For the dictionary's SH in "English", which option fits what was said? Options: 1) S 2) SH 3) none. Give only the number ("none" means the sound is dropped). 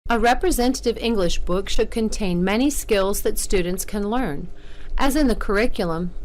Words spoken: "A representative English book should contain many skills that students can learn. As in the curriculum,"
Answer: 2